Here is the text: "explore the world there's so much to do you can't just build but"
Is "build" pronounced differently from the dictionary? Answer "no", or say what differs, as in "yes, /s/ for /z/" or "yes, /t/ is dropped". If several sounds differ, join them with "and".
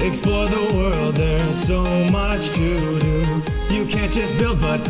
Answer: no